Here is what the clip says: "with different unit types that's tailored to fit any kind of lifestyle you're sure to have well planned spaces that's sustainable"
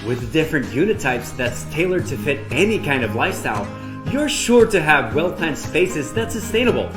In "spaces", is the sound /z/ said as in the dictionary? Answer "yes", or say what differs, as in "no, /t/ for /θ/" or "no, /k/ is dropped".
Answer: yes